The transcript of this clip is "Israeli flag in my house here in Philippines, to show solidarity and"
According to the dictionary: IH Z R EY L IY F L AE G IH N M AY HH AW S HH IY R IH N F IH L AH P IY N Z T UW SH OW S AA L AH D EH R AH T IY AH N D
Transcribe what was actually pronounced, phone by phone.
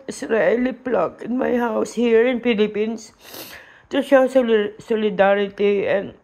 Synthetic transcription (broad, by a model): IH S R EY L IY P L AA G IH N M AY HH AW S HH IY R IH N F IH L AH P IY N S T UW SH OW S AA L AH D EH R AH T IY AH N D